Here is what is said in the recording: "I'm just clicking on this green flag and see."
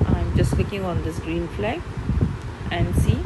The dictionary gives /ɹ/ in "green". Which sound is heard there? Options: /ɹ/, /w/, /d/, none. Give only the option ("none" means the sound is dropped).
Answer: /ɹ/